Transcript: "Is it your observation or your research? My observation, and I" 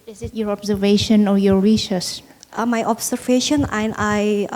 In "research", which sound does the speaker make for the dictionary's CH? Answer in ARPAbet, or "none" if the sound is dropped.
S